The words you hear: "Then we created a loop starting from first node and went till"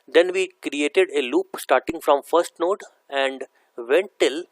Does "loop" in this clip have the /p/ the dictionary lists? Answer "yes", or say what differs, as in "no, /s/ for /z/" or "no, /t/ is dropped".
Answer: yes